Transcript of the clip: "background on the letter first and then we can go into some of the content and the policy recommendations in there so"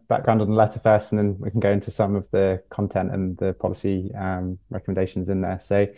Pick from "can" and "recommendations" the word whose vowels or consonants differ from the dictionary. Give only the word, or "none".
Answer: none